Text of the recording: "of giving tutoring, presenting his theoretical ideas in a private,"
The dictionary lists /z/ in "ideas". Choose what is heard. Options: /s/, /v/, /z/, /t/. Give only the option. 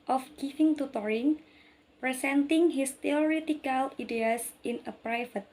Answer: /s/